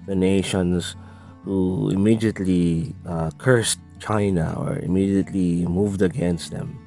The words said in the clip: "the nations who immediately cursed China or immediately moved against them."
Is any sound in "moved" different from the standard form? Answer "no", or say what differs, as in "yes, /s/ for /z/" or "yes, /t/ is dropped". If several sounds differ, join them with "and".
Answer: no